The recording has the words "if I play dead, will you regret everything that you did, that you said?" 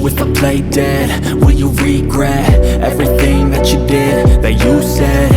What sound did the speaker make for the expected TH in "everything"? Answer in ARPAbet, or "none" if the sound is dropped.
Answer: TH